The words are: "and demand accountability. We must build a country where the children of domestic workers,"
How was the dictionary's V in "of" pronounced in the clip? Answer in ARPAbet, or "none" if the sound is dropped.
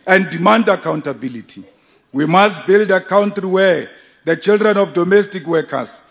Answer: F